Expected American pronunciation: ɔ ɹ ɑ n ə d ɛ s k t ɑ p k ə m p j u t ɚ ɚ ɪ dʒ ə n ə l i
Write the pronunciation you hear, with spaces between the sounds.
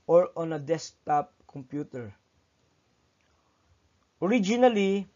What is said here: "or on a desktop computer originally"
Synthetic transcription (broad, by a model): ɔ ɹ ɑ n ə d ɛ s t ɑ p k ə m p j u t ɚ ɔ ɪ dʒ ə n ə l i